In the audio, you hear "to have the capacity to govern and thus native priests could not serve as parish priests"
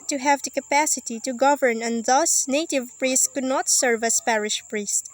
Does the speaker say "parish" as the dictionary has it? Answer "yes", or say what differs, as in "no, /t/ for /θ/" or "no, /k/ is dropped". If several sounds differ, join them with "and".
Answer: yes